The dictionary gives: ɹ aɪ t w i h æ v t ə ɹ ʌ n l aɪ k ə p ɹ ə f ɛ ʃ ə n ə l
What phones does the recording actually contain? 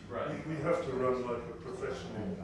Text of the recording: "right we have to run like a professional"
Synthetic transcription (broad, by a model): ɹ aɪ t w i h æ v t ə ɹ ʌ n l aɪ k ə p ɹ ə f ɛ ʃ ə n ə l